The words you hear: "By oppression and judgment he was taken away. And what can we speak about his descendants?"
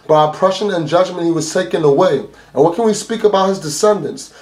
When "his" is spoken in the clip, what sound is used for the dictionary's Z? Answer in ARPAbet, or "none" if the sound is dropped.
Z